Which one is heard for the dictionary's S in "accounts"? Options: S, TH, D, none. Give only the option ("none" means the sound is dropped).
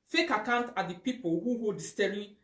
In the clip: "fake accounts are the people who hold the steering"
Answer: none